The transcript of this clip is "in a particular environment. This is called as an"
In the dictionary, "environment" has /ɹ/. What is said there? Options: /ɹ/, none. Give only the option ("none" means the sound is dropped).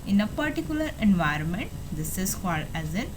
/ɹ/